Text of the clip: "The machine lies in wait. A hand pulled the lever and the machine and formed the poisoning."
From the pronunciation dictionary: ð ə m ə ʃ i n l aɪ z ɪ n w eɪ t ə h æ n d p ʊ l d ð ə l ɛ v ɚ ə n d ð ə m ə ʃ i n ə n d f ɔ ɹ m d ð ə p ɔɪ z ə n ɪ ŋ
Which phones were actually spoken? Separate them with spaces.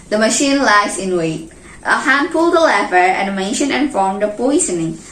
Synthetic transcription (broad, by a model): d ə m ə ʃ i n l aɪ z ɪ n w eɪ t ə h æ n d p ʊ l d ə l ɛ f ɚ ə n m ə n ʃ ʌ n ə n f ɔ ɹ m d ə p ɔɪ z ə n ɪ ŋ